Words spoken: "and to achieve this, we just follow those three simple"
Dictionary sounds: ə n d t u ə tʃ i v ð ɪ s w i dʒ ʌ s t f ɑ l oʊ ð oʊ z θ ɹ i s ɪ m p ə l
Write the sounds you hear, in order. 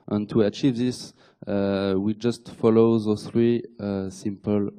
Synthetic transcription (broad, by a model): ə n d t u ə tʃ i v ð ɪ s w i dʒ ʌ s t f ɑ l oʊ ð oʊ θ ɹ i s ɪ m p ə l